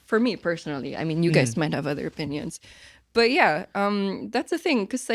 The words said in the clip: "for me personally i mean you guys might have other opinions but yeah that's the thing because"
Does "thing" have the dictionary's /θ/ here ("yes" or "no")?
yes